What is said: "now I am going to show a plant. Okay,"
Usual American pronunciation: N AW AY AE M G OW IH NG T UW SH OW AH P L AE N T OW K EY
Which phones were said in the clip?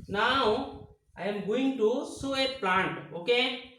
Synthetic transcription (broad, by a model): N AW AY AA M G OW IH NG T UW S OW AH P L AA N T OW K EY